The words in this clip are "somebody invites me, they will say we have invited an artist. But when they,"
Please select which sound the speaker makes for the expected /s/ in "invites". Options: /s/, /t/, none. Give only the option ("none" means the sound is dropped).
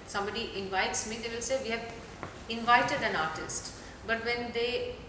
/s/